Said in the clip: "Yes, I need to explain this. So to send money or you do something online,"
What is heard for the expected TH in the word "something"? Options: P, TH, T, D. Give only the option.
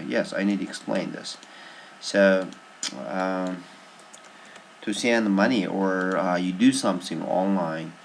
TH